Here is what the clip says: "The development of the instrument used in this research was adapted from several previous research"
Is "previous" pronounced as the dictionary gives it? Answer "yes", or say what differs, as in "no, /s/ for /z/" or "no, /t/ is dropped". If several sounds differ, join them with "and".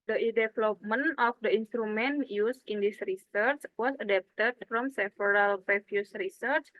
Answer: no, /f/ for /v/